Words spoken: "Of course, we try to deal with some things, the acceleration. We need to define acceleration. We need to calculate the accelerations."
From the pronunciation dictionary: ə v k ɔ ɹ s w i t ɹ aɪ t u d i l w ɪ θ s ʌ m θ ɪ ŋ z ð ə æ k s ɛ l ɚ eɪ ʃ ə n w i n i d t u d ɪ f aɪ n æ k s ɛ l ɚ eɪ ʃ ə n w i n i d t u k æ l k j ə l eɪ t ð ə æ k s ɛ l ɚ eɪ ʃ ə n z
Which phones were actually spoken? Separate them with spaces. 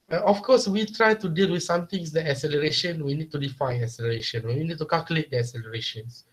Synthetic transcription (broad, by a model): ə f k ɔ s w i t ɹ aɪ t u d i l w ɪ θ s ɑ m t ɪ ŋ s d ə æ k s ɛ l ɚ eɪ ʃ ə n w i n i d t u d ɪ f aɪ n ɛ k s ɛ l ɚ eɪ ʃ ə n w i n i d t u k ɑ l k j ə l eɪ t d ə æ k s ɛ l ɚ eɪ ʃ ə n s